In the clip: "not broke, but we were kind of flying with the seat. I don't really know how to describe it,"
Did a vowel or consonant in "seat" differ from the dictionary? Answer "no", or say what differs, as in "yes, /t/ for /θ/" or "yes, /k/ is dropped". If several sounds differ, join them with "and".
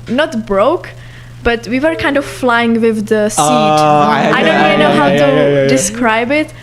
yes, /t/ is dropped